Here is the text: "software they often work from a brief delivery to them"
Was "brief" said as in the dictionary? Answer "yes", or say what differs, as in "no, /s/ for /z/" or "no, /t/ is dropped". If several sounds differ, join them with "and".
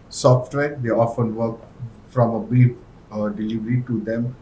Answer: no, /ɹ/ is dropped